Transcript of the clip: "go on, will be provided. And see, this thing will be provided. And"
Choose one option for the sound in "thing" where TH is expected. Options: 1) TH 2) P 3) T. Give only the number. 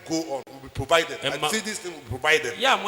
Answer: 3